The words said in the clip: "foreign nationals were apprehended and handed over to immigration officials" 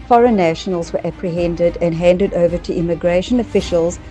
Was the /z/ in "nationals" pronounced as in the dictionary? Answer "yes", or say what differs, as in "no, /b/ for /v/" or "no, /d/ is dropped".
yes